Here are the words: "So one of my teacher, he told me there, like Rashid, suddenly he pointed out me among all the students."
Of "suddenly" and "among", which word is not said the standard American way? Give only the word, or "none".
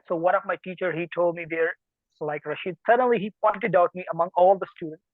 none